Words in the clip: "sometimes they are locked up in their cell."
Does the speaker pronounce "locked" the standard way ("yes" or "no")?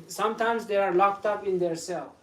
yes